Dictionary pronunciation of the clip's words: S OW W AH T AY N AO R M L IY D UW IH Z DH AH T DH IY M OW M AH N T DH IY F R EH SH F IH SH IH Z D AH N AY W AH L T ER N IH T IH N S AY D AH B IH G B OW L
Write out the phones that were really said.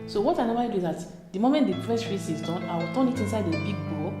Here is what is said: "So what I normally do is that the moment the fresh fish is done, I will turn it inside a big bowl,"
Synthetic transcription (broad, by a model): S OW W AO T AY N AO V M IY D UW IH Z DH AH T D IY M OW M AH N T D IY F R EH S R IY S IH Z D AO N AY W AH L T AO N IH T IH N S AY D AH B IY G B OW